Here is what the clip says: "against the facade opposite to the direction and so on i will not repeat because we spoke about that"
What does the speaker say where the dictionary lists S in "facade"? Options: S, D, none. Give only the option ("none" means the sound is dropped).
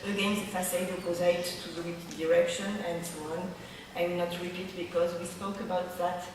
none